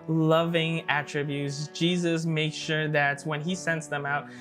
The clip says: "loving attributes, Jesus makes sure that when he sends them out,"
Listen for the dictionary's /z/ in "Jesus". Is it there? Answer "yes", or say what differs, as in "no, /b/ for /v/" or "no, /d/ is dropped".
yes